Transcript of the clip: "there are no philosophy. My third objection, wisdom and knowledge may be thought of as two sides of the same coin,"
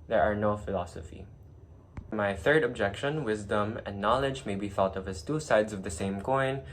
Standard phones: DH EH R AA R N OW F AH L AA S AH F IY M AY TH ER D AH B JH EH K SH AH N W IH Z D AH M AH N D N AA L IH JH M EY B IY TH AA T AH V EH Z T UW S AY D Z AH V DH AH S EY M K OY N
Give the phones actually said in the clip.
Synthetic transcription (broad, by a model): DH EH R AA R N OW F AH L AA S AH F IY M AY TH ER D AH B JH EH K SH AH N W IH Z D AH M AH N N AA L IH JH M EY B IY TH AA T AH V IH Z T UW S AY D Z AH V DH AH S EY M K OY N